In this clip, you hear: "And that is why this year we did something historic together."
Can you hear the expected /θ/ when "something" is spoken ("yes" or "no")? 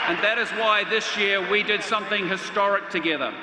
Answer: yes